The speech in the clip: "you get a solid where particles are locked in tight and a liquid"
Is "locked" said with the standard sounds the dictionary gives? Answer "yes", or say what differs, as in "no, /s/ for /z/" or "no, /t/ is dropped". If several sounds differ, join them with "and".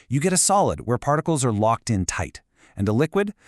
yes